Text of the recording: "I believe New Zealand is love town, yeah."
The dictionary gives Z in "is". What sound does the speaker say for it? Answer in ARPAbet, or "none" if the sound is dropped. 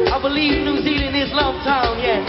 S